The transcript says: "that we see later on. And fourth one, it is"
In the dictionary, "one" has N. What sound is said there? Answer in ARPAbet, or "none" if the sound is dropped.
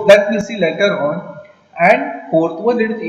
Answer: L